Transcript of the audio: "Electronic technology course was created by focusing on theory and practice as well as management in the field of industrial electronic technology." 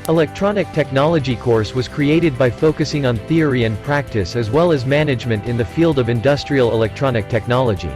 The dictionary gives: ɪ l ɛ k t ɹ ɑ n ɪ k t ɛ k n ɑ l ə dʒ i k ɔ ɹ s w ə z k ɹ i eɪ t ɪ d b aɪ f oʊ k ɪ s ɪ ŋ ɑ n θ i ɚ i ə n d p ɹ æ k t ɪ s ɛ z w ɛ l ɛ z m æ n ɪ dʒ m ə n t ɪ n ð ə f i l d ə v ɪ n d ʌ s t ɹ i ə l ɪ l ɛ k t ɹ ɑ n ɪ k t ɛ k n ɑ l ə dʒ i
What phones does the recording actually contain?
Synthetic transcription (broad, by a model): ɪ l ɛ k t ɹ ɑ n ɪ k t ɛ k n ɑ l ə dʒ i k ɔ ɹ s w ə z k ɹ i eɪ t ɪ d b aɪ f oʊ k ɪ s ɪ ŋ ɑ n θ i ɚ i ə n p ɹ æ k t ɪ s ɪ z w ɛ l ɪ z m æ n ɪ dʒ m ə n t ɪ n ð ə f i l d ə v ɪ n d ʌ s t ɹ i ə l ɪ l ɛ k t ɹ ɑ n ɪ k t ɛ k n ɑ l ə dʒ i